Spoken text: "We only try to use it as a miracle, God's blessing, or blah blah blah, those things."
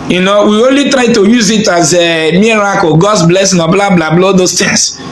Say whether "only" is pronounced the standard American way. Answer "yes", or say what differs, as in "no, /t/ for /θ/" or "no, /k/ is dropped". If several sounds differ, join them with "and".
yes